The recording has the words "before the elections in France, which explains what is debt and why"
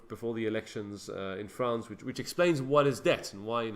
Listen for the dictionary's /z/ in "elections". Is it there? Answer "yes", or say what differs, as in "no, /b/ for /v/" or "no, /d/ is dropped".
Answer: yes